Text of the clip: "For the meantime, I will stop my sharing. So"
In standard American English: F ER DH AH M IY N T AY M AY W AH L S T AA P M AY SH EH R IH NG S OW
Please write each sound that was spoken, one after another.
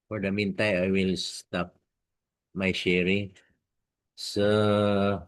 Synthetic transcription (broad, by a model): F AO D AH M IY N T AY M AY W AH L S T AA P M AY SH EH R IH NG S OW